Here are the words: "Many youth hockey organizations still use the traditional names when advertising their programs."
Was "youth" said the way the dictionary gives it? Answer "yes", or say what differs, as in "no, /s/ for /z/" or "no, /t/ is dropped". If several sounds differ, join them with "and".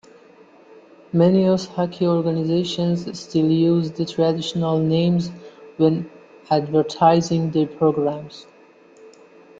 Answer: no, /s/ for /θ/